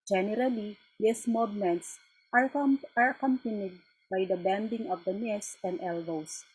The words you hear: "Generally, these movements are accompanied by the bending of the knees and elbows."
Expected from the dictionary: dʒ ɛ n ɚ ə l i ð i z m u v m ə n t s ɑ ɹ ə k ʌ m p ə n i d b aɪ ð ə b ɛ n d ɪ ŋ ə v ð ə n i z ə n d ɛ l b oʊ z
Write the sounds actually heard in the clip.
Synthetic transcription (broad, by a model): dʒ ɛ n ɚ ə l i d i s m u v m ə n t s ɑ ɹ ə k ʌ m p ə n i d b aɪ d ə b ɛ n d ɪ ŋ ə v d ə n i s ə n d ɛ l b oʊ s